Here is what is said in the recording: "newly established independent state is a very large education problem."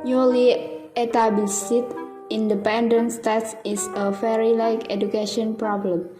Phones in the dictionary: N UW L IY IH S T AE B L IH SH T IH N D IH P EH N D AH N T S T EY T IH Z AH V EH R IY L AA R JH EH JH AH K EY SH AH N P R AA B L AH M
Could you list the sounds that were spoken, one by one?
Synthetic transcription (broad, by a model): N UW L IY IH T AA B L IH S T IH N D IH P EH N D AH N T S T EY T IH S AH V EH R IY L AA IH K EH JH AH K EY SH AH N P R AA B L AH M